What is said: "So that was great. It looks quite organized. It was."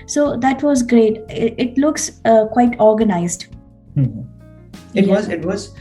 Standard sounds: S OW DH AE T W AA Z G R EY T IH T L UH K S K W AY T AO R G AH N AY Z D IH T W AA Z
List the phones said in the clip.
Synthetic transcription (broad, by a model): S OW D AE T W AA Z G R EY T IH T L UH K S K W AY T AO R G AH N AY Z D IH T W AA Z